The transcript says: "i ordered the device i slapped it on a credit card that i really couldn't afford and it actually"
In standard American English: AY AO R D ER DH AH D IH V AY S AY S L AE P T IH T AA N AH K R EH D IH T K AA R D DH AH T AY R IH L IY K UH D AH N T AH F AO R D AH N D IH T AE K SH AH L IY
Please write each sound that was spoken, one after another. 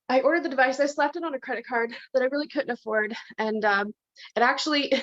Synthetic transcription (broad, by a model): AY AO R D ER DH AH D IH V AY S AY S L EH P T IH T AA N AH K R EH D IH T K AA R D DH AH T AY R IH L IY K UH D N T AH F AO R D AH N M IH T AE K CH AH L IY